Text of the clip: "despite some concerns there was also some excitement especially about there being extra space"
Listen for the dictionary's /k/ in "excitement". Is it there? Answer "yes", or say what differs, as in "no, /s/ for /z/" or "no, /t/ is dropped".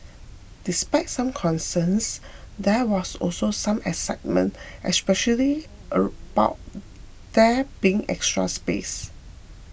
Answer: no, /k/ is dropped